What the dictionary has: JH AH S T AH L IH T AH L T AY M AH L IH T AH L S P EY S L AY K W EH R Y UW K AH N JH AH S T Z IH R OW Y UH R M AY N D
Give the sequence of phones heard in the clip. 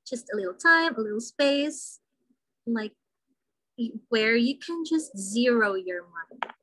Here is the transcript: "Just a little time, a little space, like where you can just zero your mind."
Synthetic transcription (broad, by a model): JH AH S T AH L IH T L T AY M AH L IH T L S P EY S L AY K W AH R Y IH K AH N JH AH S T Z IH R OW Y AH R M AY N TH